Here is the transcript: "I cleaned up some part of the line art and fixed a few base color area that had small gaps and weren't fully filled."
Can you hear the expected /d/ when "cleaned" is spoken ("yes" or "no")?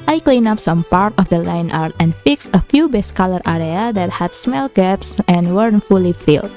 no